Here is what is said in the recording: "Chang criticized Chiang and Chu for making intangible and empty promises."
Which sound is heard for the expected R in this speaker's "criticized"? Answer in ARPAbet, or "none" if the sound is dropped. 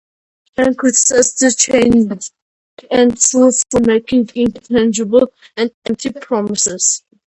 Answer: none